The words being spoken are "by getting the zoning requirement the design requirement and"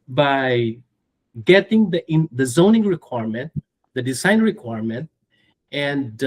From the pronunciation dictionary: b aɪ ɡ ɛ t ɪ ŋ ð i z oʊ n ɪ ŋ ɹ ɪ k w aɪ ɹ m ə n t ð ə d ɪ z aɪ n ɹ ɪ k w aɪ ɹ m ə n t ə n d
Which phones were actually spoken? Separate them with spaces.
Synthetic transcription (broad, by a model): b aɪ ɡ ɛ t ɪ ŋ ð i z oʊ n ɪ ŋ ɹ ɪ k w aɪ ɹ m ə n t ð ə d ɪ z aɪ n ɹ ɪ k w aɪ ɹ m ə n t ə n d